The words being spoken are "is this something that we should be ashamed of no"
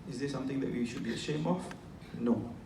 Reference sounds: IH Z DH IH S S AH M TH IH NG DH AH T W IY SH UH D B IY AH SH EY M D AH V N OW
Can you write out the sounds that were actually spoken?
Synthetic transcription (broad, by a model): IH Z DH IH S S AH M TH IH NG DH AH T W IY SH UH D B IY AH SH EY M AH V N OW